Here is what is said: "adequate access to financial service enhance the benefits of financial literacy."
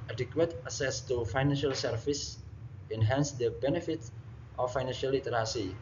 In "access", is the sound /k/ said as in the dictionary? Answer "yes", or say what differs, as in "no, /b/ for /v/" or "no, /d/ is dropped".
no, /k/ is dropped